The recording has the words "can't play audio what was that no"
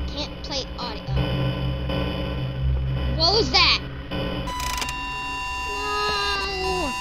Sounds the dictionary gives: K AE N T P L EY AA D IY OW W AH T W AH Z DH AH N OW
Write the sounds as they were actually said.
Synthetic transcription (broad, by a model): K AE N P L EY AA D IY OW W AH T W AH Z DH AH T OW